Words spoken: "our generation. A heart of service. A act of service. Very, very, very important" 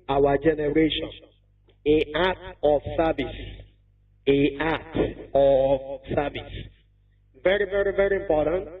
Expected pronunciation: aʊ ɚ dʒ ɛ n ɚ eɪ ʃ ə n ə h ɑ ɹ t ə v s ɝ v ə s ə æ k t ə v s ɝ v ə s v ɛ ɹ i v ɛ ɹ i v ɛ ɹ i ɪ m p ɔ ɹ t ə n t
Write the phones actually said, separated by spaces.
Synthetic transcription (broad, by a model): aʊ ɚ dʒ ɛ n ɚ eɪ ʃ ə n ə ɑ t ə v s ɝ v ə s ə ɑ t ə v s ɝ v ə s v ɛ ɹ i v ɛ ɹ i v ɛ ɹ i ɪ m p ɔ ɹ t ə n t